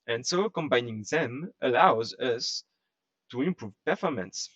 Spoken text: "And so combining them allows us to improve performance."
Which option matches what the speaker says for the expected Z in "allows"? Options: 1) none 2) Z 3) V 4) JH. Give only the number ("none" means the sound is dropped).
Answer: 2